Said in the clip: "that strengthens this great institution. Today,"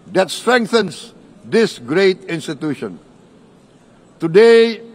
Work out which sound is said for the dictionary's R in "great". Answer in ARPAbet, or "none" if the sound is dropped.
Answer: R